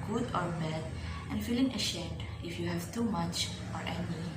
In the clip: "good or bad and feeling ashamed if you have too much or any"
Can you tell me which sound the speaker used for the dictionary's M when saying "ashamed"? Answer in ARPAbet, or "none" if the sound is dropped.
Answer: none